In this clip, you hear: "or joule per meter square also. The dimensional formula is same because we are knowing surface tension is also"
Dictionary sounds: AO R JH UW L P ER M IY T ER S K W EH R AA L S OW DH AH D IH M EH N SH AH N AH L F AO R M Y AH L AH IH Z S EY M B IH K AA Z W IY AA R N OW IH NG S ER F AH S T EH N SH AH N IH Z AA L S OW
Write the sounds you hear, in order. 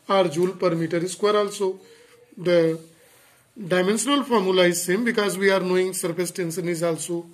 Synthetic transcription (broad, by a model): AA R JH UW L P ER M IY T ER S K W EH R AA L S OW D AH D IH M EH N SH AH N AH L F AO R M Y AH L AH IH Z S EY M B IH K AA Z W IY AA R N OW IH NG S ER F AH S T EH N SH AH N IH Z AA L S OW